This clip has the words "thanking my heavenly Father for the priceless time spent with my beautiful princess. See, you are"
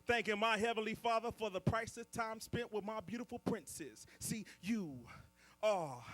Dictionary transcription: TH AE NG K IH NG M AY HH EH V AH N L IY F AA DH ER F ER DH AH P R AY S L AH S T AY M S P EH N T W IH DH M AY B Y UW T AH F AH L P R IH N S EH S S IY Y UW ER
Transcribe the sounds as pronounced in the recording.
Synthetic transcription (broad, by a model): TH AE NG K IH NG M AY HH EH V AH N L IY F AA DH ER F ER DH AH P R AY S AH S T AY M S P EH N T W IH DH M AY B Y UW T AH F L P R IH N S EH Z S IY Y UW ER